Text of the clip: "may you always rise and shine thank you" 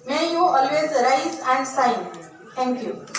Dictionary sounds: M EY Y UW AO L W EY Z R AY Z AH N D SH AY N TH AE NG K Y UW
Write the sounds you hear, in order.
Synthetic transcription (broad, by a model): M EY Y UW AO L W EY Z R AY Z AH N D S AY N T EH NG K Y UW